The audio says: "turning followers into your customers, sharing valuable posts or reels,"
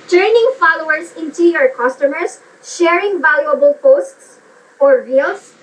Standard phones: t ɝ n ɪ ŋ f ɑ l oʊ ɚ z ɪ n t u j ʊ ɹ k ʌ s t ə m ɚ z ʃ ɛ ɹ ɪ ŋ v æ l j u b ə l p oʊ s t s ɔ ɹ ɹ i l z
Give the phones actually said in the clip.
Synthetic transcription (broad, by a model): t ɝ n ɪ ŋ f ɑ l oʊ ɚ s ɪ n t u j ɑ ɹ k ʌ s t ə m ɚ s ʃ ɛ ɹ ɪ ŋ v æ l j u b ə l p oʊ s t s ɔ ɹ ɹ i l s